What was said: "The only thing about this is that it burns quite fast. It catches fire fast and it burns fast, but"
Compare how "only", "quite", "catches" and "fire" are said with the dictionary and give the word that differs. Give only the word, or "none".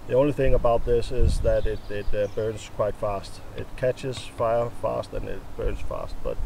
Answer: none